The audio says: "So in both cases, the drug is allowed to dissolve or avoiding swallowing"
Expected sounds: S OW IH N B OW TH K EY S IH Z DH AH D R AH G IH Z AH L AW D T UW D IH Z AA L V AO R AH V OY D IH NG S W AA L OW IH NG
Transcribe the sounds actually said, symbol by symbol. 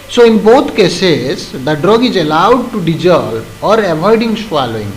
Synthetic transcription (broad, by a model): S OW IH N B OW T K EY S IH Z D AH D R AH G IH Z AH L AW D T UW D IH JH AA L AO R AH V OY D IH NG S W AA L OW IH NG